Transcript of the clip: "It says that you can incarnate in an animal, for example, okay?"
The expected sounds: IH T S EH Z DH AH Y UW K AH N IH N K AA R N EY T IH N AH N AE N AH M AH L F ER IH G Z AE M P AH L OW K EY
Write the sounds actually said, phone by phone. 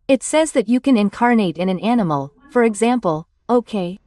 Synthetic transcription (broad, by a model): IH T S EH Z DH AH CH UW K AH N IH N K AA R N EY T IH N AH N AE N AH M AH L F ER IH G Z AE M P AH L OW K EY